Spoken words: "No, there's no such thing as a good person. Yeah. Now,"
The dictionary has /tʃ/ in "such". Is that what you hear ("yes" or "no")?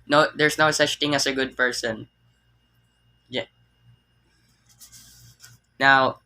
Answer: yes